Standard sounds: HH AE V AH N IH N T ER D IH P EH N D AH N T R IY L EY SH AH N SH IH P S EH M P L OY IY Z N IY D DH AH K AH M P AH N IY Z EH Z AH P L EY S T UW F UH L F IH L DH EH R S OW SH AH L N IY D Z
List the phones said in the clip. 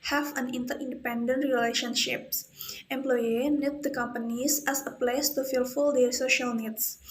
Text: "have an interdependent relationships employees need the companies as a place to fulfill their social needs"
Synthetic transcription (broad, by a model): HH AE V AH N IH N T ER D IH P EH N D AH N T R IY L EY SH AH N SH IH P S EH M P L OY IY N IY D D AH K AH M P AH N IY S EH S AH P L EY S T UW F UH L F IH L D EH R S OW SH AH L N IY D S